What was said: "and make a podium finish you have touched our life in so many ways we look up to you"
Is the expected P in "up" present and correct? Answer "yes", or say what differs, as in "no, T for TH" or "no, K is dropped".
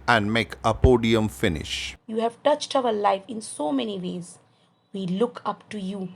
yes